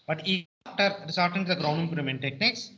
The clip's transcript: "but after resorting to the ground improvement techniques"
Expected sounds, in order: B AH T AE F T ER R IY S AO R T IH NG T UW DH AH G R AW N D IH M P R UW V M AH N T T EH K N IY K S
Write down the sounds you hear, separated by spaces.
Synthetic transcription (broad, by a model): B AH T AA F T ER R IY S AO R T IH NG T UW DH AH G R AW N D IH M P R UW M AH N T T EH K N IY K S